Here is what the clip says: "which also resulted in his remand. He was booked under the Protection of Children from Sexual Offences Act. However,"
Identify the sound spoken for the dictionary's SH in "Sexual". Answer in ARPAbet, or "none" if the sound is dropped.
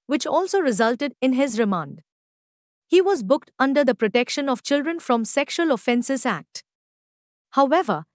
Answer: SH